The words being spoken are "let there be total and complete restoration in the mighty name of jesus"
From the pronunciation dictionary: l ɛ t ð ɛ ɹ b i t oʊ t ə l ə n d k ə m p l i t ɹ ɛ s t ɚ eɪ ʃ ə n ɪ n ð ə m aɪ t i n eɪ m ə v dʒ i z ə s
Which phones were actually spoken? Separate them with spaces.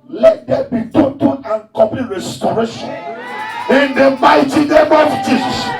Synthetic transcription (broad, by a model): l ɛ t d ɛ b i t oʊ t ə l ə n k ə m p i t ɹ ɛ s t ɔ eɪ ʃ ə n ɪ n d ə m aɪ t i n eɪ m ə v dʒ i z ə s